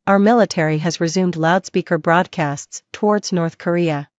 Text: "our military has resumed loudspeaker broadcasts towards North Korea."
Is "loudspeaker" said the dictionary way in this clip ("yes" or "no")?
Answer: yes